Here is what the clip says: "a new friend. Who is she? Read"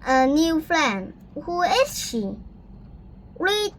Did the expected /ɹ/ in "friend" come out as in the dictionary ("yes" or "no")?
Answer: no